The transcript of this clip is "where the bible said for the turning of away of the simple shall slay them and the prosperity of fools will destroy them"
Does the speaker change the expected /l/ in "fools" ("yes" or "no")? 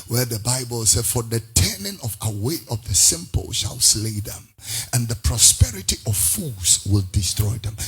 yes